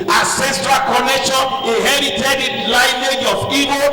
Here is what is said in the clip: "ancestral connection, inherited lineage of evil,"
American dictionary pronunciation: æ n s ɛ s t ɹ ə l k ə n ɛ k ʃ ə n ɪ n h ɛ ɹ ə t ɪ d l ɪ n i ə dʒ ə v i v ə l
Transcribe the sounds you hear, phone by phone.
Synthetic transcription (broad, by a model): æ s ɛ s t ɹ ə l k ə n ɛ k ʃ ə n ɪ h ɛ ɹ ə t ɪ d l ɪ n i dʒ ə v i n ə